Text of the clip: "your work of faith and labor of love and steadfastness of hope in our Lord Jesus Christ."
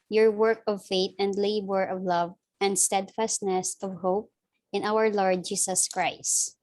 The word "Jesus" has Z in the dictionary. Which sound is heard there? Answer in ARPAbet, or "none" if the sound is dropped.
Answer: S